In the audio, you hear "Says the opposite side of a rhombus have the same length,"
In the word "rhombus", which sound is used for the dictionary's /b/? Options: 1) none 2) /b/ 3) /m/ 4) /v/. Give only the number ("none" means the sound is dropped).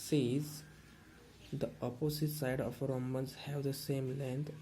1